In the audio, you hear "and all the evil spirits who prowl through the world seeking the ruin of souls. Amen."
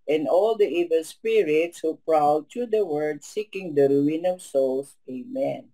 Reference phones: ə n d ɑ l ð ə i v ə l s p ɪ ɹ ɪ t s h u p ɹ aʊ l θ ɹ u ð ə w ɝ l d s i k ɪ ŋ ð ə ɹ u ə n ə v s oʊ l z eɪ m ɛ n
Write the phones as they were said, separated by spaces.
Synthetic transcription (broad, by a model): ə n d ɑ l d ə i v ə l s p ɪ ɹ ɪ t s h u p ɹ aʊ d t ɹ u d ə w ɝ d s i k ɪ ŋ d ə ɹ u ə n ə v s oʊ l s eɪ m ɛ n